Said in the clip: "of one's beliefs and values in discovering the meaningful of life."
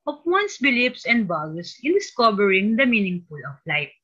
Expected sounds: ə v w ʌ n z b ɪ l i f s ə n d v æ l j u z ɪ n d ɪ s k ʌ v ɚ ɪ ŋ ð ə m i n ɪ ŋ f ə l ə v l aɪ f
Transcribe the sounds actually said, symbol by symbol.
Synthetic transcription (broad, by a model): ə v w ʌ n s b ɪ l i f s ə n d b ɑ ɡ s ɪ n d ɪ s k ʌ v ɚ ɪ ŋ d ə m i n ɪ ŋ f ə l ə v l aɪ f